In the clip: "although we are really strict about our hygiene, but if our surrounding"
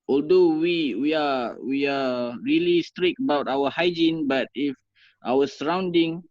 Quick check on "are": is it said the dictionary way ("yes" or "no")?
no